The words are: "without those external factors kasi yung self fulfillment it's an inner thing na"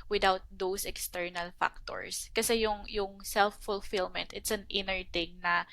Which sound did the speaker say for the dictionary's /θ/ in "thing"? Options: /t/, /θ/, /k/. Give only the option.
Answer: /t/